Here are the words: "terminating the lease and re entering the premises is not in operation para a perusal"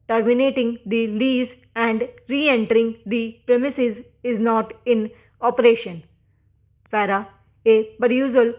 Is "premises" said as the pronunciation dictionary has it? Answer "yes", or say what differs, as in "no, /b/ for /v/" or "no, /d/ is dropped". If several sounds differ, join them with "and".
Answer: yes